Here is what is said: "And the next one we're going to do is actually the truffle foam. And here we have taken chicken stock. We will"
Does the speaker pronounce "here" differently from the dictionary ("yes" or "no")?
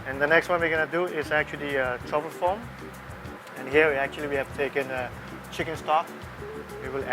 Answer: yes